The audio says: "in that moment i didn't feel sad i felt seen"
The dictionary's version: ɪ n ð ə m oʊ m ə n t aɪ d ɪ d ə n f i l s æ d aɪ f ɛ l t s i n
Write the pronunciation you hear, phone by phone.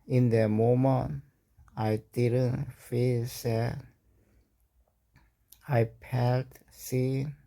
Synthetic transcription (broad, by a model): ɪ n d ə m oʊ m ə n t aɪ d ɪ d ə n f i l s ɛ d aɪ p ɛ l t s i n